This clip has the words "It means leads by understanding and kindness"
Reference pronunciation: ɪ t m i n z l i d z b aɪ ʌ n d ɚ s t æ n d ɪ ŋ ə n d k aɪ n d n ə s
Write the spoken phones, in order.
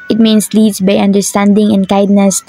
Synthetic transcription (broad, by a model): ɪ t m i n s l i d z b aɪ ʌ n d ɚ s t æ n d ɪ ŋ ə n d k aɪ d n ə s